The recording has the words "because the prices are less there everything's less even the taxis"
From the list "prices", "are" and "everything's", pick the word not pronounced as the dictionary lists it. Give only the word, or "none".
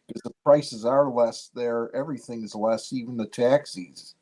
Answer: none